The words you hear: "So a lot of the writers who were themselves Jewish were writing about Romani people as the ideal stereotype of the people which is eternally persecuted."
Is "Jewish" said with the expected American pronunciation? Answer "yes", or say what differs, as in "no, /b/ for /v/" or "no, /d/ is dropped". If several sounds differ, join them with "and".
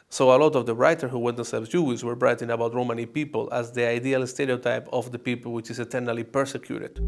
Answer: no, /s/ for /ʃ/